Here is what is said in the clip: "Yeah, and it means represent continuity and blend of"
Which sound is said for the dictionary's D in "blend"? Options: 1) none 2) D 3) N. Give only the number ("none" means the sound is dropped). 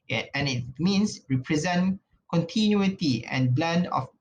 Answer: 2